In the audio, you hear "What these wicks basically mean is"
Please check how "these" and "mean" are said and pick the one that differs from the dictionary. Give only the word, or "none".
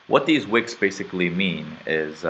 none